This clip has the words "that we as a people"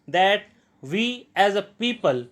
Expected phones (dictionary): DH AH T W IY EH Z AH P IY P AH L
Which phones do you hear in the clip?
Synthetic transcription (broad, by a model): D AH T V IY EH Z AH P IY P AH L